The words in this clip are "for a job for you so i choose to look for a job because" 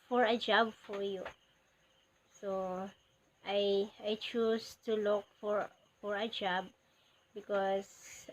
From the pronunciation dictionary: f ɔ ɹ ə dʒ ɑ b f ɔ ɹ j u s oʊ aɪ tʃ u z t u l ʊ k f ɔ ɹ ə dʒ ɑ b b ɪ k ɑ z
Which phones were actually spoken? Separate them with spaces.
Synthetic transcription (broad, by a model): f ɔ ɹ ə dʒ ɑ b f ɔ ɹ j u s oʊ aɪ tʃ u s t u l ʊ k f ɔ ɹ ə dʒ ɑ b b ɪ k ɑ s